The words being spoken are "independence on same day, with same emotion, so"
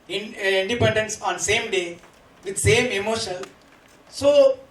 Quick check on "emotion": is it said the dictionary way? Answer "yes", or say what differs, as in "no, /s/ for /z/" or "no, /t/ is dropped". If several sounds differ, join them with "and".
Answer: no, /l/ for /n/